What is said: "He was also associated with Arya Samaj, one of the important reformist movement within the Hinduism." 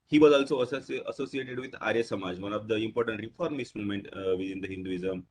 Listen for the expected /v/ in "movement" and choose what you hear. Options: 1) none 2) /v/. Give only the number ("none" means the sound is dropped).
1